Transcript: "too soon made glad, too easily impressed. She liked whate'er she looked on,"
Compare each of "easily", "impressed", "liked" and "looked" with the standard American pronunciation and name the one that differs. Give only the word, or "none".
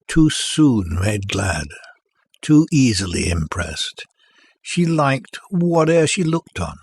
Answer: none